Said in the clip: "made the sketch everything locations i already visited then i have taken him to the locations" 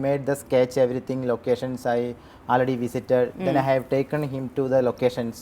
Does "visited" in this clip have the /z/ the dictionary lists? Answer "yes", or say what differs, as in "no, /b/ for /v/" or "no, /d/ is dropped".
no, /s/ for /z/